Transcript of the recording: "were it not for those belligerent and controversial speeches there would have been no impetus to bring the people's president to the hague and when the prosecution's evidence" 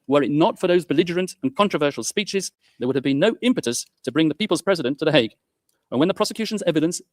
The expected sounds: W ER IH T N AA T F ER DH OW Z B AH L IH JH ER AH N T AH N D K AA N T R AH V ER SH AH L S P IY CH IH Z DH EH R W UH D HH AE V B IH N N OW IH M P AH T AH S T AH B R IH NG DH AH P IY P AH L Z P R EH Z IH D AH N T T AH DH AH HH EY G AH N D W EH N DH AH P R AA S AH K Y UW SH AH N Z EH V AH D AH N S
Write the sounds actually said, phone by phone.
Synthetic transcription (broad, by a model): W ER IH T N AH T F ER DH OW Z B AH L IH JH ER AH N T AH N K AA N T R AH V ER SH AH L S P IY CH IH Z DH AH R W UH D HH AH V B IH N N OW IH M P AH T AH S T AH B R IH NG DH AH P IY P AH L Z P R EH Z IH D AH N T T AH DH AH HH EY G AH N W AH N DH AH P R AA S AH K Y UW SH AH N Z EH V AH D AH N S